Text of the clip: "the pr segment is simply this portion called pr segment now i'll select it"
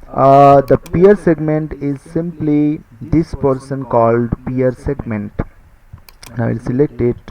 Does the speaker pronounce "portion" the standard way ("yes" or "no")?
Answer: no